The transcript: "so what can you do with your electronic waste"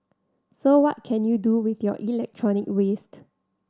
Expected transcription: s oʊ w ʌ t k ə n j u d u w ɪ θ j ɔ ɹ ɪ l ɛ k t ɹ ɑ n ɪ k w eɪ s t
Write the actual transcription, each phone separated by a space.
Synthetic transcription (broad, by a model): s oʊ w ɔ t k ə n j u d u w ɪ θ j ɔ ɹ ɪ l ɛ k t ɹ ɑ n ɪ k w eɪ s t